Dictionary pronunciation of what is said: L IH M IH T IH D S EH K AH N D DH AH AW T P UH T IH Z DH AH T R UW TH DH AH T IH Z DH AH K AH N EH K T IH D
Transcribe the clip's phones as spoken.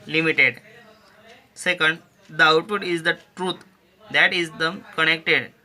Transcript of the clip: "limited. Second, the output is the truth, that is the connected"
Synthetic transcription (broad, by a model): L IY M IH T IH D S EH K AH N D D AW T UW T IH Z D AH T R UW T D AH T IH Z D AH K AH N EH K T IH D